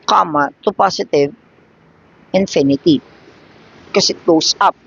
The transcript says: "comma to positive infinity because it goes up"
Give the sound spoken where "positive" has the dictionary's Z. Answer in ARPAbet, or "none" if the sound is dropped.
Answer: S